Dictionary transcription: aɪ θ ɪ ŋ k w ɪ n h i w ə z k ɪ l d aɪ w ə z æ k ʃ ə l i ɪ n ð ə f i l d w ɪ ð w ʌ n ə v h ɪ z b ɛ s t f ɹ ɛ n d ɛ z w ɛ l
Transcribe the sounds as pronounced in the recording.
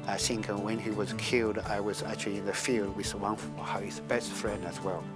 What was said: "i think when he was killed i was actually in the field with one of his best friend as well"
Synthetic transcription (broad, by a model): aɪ s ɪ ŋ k w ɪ n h i w ə z k ɪ l d aɪ w ə z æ k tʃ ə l i ɪ n ð ə f i l d w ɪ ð w ʌ n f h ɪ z b ɛ s t f ɹ ɛ n d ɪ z w ɛ l